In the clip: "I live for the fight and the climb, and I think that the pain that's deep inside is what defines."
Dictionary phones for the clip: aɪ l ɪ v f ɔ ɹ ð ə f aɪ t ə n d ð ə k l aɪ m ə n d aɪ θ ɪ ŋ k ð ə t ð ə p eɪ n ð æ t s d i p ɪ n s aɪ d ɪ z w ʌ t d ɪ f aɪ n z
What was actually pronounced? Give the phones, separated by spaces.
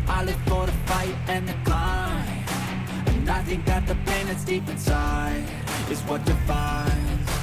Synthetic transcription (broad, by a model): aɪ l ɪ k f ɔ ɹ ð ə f aɪ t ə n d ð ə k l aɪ ə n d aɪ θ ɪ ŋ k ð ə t ð ə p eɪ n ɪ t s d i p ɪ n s aɪ ɪ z w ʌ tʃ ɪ f aɪ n